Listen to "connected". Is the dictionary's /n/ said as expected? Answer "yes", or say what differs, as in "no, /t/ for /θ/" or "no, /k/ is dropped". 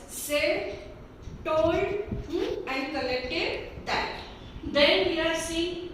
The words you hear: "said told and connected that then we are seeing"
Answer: no, /l/ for /n/